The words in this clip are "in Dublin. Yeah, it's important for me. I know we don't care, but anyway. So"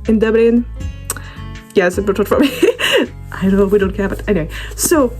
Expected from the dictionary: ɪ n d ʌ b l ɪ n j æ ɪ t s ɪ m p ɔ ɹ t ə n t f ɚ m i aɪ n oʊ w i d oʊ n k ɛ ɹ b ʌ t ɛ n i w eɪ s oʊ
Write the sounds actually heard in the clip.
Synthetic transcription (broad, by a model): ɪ n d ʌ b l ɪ n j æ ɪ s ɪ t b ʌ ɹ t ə t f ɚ m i aɪ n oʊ w i d oʊ n k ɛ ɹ b ʌ t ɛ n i w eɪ s oʊ